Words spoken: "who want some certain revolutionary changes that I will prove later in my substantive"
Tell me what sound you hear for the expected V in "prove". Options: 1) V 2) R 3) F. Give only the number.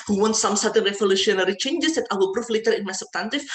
3